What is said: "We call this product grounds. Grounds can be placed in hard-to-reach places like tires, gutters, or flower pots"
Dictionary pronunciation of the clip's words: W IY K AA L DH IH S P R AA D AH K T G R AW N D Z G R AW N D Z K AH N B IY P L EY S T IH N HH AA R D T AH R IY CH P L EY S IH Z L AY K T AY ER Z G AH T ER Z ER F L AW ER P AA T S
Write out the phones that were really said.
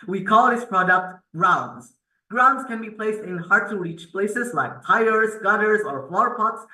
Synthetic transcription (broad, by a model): W IY K AA L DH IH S P R AA D AH K T G R AW N D Z G R AW N D Z K AH N B IY P L EY S T IH N HH AA R D T AH R IY CH P L EY S IH Z L AY K T AY ER Z G AH T ER Z ER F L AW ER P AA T S